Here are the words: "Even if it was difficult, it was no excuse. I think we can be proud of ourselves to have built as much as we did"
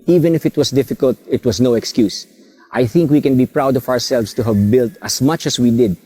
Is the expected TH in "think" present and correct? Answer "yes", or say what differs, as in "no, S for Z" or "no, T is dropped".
yes